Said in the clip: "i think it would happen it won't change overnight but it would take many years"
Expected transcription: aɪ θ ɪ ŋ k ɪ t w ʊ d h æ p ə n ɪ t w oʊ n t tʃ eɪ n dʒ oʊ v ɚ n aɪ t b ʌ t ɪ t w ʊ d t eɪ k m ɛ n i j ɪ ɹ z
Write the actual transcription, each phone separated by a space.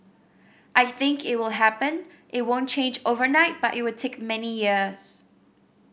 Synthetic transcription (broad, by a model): aɪ θ ɪ ŋ k ɪ t w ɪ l h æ p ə n ɪ t w oʊ n tʃ eɪ n dʒ oʊ v ɚ n aɪ t b ʌ t ɪ t w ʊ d t eɪ k m ɛ n i j ɪ ɹ z